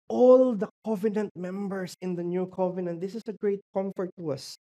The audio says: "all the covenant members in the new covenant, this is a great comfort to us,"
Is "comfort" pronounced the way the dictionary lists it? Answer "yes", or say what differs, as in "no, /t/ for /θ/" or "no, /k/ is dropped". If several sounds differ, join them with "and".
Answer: yes